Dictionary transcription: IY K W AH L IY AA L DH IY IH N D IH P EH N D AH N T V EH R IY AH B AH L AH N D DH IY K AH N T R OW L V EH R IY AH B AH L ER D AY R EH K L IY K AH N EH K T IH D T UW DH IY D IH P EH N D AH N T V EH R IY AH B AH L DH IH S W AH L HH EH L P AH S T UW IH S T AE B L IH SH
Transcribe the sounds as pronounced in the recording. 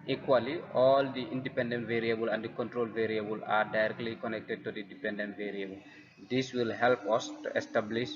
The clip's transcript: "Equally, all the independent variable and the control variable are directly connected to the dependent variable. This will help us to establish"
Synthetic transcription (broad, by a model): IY K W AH L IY AA L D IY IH N D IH P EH N D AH N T V EH R IY AH B AH L AH N D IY K AH N T R OW L V EH R IY AH B AH L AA D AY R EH K L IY K AH N EH K T IH D T UW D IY D IH P EH N D AH N T V EH R IY AH B AH L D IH S W AH L HH EH L P AH S T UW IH S T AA B L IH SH